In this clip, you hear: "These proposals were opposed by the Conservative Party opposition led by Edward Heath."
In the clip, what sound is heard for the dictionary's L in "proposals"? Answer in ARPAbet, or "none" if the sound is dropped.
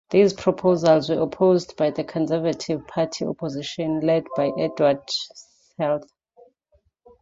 L